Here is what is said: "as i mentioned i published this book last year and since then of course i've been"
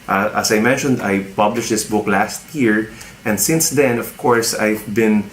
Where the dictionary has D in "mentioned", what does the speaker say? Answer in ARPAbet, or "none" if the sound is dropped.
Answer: D